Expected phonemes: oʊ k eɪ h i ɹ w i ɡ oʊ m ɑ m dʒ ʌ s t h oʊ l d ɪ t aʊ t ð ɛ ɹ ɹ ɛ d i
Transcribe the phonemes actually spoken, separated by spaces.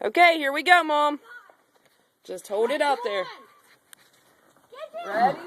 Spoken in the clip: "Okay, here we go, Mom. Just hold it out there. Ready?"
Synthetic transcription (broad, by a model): oʊ k eɪ h i ɹ w i ɡ oʊ m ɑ m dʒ ʌ s t h oʊ l d ɪ t aʊ t ð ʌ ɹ ɹ